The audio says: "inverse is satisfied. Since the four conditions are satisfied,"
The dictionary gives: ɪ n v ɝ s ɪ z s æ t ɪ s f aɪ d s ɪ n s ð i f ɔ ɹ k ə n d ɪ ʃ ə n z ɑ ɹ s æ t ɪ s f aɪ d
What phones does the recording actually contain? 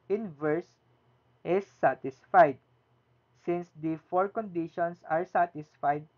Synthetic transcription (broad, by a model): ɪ n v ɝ s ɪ s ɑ t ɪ s f aɪ d s ɪ n s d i f ɔ ɹ k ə n d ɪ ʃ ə n s ɑ ɹ s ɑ t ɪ s f aɪ d